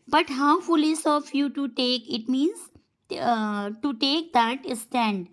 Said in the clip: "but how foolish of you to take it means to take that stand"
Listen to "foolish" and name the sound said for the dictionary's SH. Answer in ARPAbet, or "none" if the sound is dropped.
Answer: S